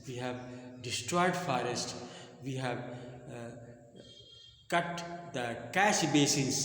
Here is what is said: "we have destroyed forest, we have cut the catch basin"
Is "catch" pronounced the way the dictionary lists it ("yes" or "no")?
no